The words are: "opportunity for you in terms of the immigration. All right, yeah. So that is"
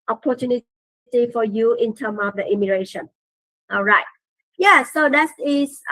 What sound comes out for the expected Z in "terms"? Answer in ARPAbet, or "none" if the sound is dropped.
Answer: none